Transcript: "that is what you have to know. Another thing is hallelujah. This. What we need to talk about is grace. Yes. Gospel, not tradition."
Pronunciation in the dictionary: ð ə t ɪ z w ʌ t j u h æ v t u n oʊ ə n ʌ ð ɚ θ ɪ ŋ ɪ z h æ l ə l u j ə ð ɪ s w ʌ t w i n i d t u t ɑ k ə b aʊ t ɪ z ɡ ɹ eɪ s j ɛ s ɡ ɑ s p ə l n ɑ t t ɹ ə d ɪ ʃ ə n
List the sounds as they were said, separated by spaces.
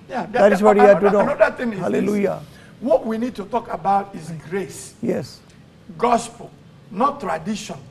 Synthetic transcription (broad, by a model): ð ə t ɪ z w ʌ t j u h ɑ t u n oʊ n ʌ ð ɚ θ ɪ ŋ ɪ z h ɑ l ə l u j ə w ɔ t w i n i d t u t ɑ k ə b aʊ t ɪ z ɡ ɹ eɪ s j ɛ s ɡ ɑ s p ə l n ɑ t t ɹ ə d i ʃ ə n